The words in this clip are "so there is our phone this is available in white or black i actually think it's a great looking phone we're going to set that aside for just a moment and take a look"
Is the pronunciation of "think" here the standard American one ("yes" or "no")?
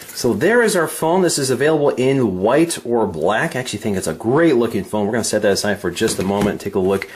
yes